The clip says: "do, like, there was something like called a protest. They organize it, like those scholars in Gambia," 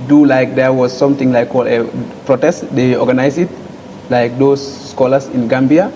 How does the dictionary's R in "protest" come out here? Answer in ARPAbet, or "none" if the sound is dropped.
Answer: R